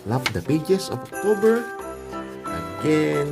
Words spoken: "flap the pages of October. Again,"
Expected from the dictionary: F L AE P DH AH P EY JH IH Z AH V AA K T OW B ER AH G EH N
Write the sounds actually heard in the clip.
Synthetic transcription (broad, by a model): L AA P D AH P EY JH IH S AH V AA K T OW B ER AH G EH N